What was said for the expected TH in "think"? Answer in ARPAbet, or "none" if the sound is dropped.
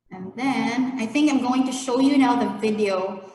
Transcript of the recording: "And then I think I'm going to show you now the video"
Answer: TH